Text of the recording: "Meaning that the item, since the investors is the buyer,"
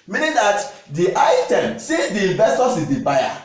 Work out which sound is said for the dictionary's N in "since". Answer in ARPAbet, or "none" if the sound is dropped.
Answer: none